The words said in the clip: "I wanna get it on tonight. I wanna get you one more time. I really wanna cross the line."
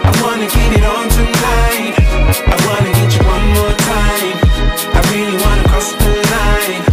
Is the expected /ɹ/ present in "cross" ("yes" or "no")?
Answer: no